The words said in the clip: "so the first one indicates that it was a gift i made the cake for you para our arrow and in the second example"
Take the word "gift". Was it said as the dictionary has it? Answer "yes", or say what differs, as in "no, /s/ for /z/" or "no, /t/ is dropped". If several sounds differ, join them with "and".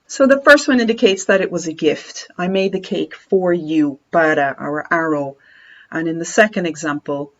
yes